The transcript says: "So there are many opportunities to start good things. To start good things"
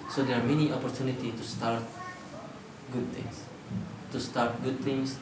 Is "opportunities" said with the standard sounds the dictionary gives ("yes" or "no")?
no